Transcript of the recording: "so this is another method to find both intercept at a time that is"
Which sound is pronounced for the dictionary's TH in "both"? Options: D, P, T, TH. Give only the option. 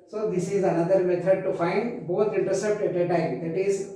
T